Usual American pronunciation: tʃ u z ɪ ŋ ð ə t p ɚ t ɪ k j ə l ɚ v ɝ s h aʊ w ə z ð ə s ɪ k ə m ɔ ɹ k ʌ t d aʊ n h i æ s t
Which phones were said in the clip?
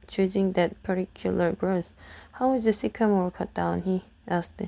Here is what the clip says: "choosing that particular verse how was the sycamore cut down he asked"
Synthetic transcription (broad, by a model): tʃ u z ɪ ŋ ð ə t p ɚ t ɪ k j ə l ɚ b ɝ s h aʊ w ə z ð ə s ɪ k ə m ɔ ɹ k ʌ t d aʊ n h i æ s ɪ